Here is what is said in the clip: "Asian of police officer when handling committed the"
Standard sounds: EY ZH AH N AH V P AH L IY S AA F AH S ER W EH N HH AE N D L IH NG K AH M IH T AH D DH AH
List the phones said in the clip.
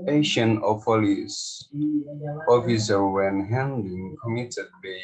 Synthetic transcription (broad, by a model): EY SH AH N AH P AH L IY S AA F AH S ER W EH N HH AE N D IH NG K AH M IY T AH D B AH